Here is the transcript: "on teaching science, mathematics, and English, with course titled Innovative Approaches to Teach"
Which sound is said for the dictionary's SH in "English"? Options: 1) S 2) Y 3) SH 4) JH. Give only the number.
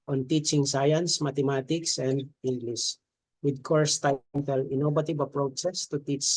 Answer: 1